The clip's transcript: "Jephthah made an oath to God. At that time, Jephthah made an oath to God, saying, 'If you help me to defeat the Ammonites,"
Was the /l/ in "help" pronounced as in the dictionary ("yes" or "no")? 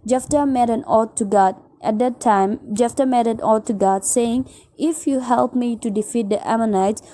yes